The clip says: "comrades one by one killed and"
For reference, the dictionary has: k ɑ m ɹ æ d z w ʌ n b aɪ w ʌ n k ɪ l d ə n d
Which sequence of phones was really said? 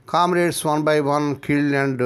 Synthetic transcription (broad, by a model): k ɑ m ɹ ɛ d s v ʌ n b aɪ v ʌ n k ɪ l ə n d